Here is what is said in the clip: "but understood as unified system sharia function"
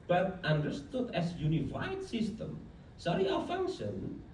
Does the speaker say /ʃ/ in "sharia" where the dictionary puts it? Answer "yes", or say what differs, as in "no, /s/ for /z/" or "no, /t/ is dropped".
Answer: no, /s/ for /ʃ/